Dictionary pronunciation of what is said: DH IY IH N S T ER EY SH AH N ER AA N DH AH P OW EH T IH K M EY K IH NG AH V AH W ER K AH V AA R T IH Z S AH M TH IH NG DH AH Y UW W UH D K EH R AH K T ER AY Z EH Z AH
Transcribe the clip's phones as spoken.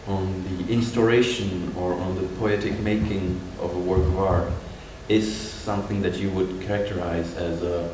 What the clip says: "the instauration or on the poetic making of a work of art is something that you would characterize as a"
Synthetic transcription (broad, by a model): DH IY IH N S T ER EY SH AH N ER N DH AH P OW EH T IH K M EY K IH NG AH V AH W ER K AH V AA R T IH Z S AH M TH IH NG DH AH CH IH W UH D K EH R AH K T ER AY Z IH Z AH